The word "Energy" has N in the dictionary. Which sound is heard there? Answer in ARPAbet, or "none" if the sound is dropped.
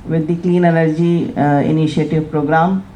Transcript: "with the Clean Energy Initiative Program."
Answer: L